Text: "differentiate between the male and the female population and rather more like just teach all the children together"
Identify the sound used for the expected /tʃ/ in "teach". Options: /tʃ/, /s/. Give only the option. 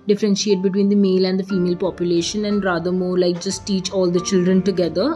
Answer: /tʃ/